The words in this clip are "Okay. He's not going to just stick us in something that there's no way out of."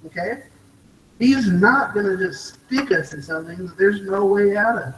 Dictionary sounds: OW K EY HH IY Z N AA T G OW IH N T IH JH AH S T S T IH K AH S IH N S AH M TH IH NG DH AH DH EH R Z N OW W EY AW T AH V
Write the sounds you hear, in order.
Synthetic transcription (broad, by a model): OW K EY HH IY Z N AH T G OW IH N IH JH AH S T S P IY K AH S IH N S AH M TH IH NG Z DH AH R Z N OW W EY AW T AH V